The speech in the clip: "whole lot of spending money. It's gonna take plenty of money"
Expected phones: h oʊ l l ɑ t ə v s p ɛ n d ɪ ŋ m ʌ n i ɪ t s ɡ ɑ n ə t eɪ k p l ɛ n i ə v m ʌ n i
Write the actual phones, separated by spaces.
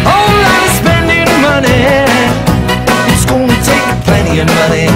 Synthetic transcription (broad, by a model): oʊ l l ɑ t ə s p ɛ n d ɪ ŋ m ʌ n i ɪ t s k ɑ l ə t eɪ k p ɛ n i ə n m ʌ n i